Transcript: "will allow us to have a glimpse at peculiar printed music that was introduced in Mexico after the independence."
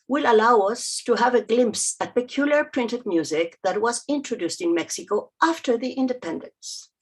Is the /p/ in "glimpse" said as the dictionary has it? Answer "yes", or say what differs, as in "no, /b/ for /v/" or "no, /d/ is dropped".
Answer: yes